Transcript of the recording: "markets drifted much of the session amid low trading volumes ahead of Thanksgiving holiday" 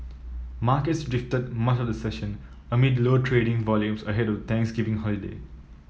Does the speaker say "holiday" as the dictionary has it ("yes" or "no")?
yes